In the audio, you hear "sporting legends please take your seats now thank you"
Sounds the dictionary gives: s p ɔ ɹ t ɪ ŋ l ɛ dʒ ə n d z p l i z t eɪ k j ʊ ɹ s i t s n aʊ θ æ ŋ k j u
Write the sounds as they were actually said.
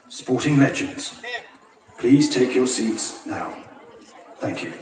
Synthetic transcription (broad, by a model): s p ɔ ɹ t ɪ ŋ l ɛ dʒ ə n d z p l i z t eɪ k j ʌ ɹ s i t s n aʊ θ æ ŋ k j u